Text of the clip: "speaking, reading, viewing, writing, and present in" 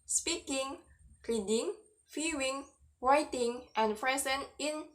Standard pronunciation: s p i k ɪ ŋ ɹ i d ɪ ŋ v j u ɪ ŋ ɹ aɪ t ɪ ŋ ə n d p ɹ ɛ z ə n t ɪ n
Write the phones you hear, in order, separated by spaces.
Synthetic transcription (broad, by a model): s p i k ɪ ŋ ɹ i d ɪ ŋ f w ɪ ŋ w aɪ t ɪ ŋ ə n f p ɹ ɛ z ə n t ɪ n